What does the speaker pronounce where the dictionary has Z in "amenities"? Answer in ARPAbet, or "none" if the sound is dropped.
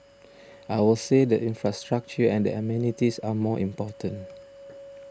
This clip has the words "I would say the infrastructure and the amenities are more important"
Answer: S